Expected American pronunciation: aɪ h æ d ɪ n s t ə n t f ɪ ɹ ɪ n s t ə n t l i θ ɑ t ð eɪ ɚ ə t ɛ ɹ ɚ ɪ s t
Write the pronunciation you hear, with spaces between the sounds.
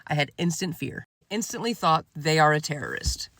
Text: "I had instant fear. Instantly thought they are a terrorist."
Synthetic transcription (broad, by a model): aɪ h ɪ d ɪ n s t ə n t f ɪ ɹ ɪ n s t ə n t l i θ ɑ t ð eɪ ɚ ə t ɛ ɹ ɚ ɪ s t